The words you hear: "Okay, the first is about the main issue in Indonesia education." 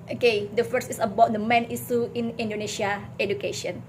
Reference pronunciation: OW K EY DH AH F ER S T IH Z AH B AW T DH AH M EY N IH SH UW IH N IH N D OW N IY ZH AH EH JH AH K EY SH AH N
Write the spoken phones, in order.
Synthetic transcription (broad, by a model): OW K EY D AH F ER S IH S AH B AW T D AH M EY N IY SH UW IH N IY N D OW N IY S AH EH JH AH K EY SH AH N